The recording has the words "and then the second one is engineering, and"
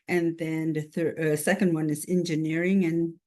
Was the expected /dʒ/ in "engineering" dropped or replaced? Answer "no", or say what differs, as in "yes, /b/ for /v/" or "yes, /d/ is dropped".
no